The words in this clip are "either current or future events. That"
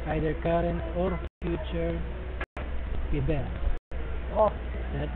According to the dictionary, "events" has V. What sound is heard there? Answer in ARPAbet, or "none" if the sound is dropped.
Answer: B